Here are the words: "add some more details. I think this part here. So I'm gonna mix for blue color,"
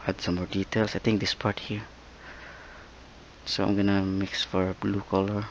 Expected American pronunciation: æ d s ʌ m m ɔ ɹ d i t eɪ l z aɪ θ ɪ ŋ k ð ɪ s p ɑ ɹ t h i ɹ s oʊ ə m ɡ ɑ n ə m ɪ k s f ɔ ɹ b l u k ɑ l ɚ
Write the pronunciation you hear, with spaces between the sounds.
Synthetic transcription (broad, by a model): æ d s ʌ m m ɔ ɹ d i t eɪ l s aɪ t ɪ ŋ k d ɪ s p ɑ ɹ t h i ɹ s oʊ ə m ɡ ɑ n ə m ɪ k s f ɔ ɹ b l u k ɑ l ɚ